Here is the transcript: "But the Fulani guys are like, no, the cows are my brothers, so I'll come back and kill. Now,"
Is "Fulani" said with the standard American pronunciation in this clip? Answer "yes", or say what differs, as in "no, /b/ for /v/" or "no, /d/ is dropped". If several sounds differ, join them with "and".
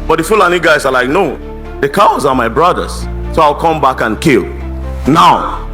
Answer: yes